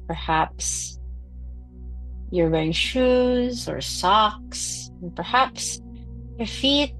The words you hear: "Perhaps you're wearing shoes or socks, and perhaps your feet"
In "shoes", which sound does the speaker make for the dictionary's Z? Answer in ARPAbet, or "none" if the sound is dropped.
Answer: Z